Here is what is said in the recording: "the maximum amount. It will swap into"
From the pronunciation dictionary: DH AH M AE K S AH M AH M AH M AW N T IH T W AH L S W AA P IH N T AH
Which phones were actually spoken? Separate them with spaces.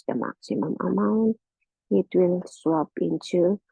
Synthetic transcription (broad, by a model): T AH M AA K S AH M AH M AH M AW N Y IH T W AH N S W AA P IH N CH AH